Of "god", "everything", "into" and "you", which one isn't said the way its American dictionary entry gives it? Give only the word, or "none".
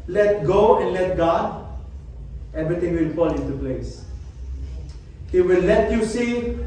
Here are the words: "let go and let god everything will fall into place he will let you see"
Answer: everything